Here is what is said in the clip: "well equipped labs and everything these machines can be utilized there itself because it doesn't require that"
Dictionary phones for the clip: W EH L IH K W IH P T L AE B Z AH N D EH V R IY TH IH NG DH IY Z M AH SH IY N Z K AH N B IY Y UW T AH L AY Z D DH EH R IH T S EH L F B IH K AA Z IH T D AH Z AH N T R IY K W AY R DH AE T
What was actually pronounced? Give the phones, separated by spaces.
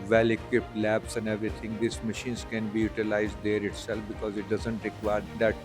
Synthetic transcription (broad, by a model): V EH L IH K W IH P T L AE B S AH N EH V R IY T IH NG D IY S M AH SH IY N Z K AH N B IY Y UW T AH L AY Z D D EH R IH T S EH L F B IH K AA Z IH T D AH Z AH N T R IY K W AY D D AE T